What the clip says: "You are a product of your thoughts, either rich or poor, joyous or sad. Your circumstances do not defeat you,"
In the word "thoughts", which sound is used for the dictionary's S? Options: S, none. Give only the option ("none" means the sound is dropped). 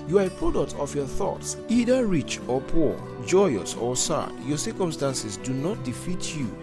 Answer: S